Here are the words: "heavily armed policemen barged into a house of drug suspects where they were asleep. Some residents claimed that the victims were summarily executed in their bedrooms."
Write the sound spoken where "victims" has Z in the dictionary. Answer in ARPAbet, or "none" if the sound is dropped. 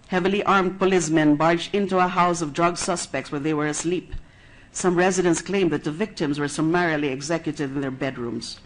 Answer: Z